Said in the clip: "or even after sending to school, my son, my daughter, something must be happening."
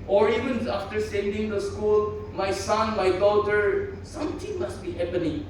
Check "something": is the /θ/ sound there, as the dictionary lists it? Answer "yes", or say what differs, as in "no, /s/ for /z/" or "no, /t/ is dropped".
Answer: no, /t/ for /θ/